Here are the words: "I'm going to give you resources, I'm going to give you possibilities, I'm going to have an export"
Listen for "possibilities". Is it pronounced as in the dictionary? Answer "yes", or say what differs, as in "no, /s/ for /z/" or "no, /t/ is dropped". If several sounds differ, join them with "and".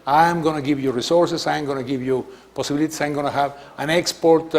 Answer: no, /s/ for /z/